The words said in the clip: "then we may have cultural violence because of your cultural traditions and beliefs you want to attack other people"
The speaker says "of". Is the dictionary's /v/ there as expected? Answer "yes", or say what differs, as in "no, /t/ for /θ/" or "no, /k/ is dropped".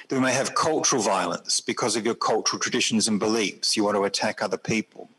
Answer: yes